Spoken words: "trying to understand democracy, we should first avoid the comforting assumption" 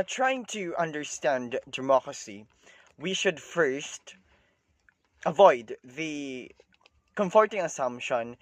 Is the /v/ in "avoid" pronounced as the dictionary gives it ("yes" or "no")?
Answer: yes